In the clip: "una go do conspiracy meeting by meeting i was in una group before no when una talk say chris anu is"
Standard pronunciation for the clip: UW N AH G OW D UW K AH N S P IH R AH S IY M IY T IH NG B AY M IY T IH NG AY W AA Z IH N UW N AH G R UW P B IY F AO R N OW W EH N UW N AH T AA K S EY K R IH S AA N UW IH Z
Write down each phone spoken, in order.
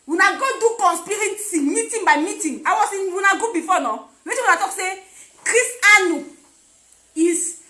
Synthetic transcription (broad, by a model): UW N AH G OW D UW K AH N S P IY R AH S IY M IY T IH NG B AY M IY T IH NG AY W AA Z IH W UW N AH G UW B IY F AO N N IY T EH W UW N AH T AA K S EY K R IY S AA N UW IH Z